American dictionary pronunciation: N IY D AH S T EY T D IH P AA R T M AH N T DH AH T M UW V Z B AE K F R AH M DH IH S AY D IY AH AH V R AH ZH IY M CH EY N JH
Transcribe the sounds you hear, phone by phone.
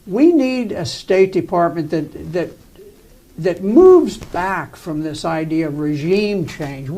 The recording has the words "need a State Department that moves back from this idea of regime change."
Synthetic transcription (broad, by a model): N IY D AH S T EY T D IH P AA R T M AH N T DH AH T M UW V Z B AE K F R AH M DH IH S AY D IY AH AH V R AH ZH IY M CH EY N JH